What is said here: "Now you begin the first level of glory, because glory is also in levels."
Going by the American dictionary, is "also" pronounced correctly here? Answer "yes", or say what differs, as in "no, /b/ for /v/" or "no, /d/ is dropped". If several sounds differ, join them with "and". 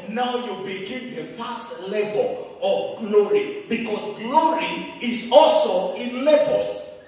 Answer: yes